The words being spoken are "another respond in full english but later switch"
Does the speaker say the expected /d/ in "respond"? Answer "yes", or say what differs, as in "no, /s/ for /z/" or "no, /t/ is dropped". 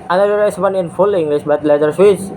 no, /d/ is dropped